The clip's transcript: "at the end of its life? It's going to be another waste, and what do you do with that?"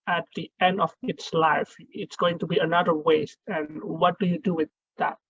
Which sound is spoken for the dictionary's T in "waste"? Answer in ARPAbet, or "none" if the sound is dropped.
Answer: T